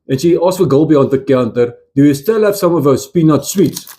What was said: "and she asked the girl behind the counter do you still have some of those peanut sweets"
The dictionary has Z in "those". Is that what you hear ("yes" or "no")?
no